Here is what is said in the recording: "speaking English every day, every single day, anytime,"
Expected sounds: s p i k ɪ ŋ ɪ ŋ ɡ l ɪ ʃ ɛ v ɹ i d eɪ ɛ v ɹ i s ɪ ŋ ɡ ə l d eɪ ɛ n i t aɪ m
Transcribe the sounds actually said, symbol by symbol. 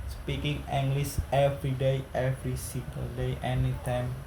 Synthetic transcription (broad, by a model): s p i k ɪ ŋ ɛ ŋ ɡ l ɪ s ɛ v ɹ i d eɪ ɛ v ɹ i s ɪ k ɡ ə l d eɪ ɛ n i t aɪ m